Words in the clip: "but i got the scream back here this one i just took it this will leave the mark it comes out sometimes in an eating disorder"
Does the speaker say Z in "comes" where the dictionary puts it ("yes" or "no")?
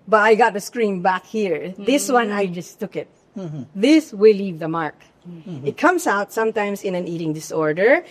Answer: no